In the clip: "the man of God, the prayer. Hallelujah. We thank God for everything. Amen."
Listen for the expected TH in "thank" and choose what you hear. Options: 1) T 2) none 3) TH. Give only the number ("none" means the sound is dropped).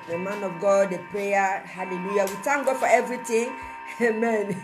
1